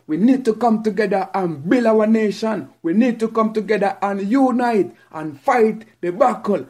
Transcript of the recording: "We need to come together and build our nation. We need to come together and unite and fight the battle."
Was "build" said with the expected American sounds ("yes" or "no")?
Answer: no